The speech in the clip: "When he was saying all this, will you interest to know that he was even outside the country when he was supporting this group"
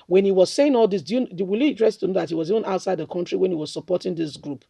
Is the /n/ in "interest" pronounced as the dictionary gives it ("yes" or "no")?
no